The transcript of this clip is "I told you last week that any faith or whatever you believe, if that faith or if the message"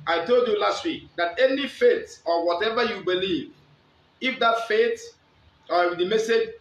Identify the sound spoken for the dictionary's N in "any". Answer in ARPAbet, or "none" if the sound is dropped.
N